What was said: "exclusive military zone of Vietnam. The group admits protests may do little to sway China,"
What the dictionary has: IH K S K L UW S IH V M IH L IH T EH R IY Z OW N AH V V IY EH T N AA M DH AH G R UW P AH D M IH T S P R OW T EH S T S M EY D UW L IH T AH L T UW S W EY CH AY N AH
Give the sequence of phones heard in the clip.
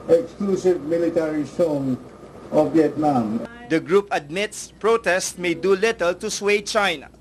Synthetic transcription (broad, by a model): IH K S K L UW S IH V M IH L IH T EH R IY S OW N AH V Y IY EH T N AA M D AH G R UW P AH D M IH T S P R OW T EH S T M EY D UW L IH T AH L T UW S W EY CH AY N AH